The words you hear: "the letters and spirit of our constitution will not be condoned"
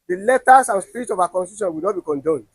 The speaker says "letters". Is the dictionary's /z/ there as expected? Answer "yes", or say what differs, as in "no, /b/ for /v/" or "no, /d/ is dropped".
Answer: no, /s/ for /z/